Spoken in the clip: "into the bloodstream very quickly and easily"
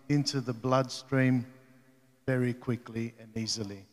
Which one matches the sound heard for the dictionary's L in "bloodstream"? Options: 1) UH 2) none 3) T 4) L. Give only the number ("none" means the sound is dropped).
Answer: 4